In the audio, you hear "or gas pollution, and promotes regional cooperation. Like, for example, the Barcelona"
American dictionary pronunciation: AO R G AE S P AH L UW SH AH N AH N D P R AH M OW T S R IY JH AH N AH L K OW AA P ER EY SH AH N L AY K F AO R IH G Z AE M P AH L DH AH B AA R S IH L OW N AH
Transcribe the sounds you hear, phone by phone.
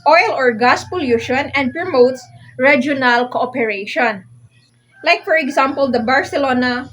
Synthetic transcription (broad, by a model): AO R G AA S P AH L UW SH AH N AH N D P R AH M OW T S R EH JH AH N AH L K OW AA P ER EY SH AH N L AY K F AO R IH G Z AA M P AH L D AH B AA R S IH L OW N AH